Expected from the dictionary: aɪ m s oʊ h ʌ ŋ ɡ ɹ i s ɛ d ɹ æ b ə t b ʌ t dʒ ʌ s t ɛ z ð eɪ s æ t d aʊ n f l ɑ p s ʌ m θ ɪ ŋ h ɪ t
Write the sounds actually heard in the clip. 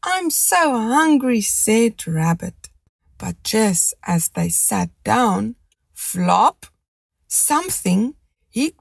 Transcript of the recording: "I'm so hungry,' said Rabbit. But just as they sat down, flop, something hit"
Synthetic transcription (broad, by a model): aɪ m s oʊ h ʌ ŋ ɡ ɹ i s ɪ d ɹ æ b ə t b ʌ t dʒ ʌ s t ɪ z ð eɪ s æ t d aʊ n f l ɑ p s ʌ m θ ɪ ŋ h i